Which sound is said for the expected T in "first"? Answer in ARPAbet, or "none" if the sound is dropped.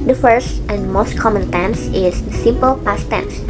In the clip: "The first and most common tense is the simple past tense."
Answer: T